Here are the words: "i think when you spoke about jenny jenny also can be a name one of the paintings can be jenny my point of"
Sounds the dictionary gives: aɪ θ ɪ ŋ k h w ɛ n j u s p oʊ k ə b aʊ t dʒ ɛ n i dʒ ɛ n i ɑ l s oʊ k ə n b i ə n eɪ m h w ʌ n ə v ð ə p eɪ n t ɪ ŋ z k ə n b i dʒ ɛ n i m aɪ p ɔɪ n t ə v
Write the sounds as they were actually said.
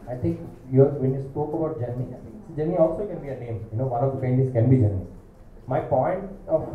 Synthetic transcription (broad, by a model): aɪ t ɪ ŋ k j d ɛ n j u s p oʊ k ə b aʊ t dʒ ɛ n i dʒ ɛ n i ɑ l s oʊ k ə n b i ə n eɪ m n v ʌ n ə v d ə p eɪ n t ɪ z k ə n b i dʒ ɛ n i m aɪ p ɔɪ n t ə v